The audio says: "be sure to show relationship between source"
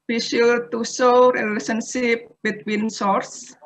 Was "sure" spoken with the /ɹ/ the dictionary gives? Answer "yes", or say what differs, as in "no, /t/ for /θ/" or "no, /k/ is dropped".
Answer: no, /l/ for /ɹ/